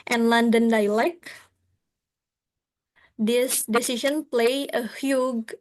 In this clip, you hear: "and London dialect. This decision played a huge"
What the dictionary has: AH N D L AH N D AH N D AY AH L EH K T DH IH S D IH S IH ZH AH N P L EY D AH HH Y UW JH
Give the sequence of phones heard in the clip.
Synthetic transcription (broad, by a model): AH N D L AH N D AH N D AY L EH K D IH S D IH S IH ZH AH N P L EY AH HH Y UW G